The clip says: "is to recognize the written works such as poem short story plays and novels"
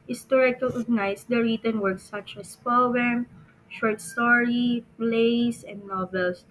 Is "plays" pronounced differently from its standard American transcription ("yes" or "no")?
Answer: yes